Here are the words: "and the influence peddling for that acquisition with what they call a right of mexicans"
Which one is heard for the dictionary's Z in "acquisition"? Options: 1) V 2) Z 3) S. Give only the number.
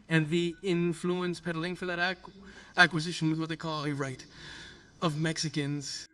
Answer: 2